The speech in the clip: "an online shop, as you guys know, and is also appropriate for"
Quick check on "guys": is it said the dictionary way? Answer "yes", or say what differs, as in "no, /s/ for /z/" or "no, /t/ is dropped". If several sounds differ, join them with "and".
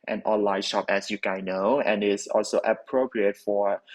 no, /z/ is dropped